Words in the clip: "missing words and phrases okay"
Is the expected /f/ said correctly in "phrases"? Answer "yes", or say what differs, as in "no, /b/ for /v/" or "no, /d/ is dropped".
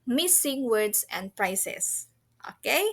no, /p/ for /f/